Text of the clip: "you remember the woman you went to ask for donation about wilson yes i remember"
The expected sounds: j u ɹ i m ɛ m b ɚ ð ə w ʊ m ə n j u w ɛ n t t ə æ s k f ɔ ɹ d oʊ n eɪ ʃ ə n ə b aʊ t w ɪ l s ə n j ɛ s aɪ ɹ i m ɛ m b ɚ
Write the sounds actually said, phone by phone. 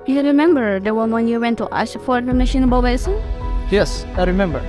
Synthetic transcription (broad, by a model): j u ɹ i m ɛ m b ɚ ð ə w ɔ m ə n j u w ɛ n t t ə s f ɔ ɹ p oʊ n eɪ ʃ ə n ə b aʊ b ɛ s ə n j ɛ s aɪ ɹ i m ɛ m b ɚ